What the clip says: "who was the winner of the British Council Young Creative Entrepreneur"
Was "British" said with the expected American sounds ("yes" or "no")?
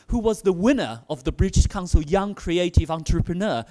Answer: yes